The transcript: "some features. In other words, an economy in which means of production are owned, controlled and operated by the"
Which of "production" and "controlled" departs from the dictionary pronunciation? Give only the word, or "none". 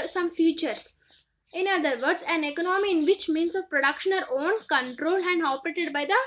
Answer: none